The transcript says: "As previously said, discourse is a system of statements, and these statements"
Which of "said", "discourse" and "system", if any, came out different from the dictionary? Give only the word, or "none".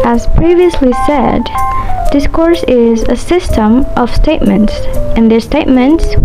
none